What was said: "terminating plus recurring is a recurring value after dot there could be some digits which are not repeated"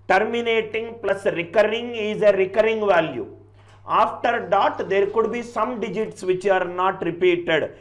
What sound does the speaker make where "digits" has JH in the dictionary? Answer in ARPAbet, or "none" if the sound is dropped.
JH